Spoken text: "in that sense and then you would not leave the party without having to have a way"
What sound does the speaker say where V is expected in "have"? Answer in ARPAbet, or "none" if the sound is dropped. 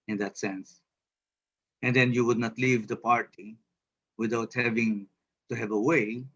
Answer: V